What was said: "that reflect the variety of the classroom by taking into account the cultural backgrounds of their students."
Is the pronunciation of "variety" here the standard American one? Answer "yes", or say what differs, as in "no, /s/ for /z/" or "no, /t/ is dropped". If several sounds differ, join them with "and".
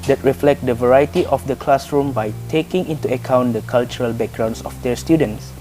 yes